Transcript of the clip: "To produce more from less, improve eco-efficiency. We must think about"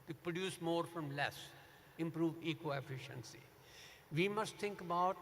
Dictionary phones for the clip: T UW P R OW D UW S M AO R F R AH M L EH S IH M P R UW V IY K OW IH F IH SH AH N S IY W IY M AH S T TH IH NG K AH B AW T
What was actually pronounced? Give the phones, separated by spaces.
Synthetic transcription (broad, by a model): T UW P R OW D UW S M AO R F R AH M L EH S IH M P R UW V IY K OW IH F IH SH AH N S IY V IY M AH S T T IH NG K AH B AW T